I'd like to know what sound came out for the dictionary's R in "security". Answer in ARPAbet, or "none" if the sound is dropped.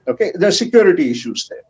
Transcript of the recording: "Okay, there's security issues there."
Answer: R